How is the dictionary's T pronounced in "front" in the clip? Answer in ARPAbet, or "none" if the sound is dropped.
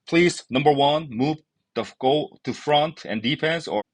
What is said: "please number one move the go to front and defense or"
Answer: T